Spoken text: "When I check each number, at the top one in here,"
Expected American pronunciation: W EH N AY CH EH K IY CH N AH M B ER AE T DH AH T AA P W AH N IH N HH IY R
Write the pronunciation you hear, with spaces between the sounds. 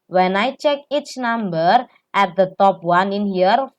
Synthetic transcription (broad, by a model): W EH N AY CH EH K IY CH N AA M B ER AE T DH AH T AA P W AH N IH N HH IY R